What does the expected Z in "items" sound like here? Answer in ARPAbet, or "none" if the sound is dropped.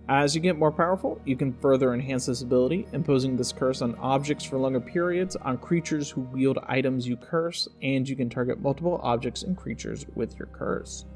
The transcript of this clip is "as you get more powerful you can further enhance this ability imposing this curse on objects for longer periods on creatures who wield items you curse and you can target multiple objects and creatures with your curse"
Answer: Z